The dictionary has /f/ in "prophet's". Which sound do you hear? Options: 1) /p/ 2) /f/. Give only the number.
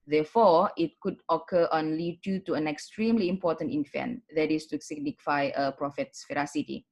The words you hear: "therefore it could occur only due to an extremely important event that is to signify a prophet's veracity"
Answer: 2